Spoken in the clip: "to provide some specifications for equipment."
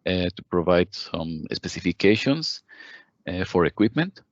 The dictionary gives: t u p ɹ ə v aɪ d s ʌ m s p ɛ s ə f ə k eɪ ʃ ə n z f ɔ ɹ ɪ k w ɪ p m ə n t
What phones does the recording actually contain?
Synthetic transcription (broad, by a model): t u p ɹ ə v aɪ d s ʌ m s p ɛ s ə f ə k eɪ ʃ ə n s f ɔ ɹ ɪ k w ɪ p m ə n t